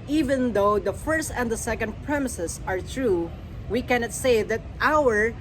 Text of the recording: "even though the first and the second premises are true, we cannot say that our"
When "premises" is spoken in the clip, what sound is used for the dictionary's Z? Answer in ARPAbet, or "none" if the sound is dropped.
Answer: S